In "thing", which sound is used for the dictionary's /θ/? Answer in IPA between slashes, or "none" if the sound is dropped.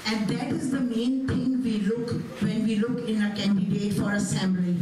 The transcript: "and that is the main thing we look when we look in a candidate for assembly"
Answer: /t/